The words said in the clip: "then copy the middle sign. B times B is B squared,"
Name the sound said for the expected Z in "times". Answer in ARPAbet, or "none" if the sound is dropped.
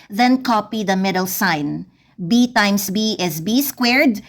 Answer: S